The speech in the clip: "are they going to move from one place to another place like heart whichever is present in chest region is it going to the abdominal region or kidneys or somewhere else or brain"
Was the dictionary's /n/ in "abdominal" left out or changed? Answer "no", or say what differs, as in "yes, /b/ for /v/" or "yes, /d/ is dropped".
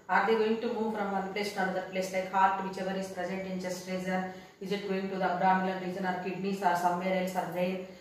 yes, /l/ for /n/